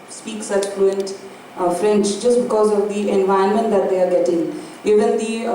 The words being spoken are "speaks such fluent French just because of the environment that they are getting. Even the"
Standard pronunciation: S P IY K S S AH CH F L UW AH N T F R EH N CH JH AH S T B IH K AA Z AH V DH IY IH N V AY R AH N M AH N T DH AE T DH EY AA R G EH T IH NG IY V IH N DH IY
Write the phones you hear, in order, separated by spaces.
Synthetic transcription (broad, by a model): S P IY K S S AH CH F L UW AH N T F R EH N S JH AH S T B IH K AA Z AH V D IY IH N V AY AH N M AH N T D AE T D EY AA R G EH T IH NG IY V IH N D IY